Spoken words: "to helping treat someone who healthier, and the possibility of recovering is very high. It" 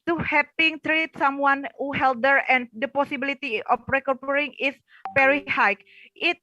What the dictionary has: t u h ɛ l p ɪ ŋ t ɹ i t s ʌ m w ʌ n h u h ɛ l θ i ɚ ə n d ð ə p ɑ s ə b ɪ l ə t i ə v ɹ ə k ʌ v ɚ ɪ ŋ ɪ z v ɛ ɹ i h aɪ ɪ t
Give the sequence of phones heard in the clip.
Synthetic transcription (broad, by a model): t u h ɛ p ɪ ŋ t ɹ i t s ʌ m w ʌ n h u h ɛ l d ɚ ə n d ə p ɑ s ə b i l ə t i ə f ɹ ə k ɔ p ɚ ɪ ŋ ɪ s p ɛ ɹ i h aɪ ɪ t